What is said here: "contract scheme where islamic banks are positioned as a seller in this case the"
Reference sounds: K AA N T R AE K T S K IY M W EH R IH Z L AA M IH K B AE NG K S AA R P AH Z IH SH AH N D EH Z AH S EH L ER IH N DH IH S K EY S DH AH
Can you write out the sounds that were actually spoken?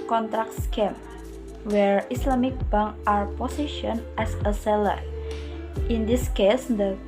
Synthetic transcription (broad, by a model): K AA N T R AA K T S K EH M W EH R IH S L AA M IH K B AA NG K AA R P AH S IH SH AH N EH S AH S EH L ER IH N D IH S K EY S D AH